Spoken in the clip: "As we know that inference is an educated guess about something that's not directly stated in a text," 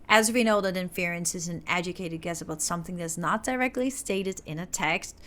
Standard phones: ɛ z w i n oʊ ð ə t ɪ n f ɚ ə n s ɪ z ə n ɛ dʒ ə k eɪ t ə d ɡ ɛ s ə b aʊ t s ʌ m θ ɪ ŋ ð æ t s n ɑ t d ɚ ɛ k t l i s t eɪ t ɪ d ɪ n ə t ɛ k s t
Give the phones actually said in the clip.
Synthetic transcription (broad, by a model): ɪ z w i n oʊ ð ə t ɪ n f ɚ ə n s ɪ z ə n ɛ dʒ ə k eɪ t ə d ɡ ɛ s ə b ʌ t s ʌ m θ ɪ ŋ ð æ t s n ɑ t d ɚ ɛ k t l i s t eɪ t ɪ d ɪ n ə t ɛ k s t